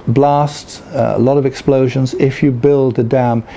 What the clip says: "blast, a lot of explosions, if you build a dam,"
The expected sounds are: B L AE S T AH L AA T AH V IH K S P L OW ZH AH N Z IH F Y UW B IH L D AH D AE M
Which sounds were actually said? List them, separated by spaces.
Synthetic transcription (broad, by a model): B L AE S T AH L AA T AH V IH K S P L OW ZH AH N Z IH F Y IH B IH L D AH D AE M